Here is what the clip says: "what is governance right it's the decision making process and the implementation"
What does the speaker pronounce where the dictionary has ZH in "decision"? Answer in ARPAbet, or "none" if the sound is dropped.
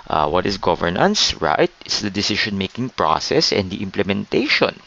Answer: SH